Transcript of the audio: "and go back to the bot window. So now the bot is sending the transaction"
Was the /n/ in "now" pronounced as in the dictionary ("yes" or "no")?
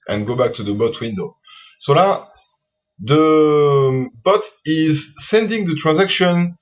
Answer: no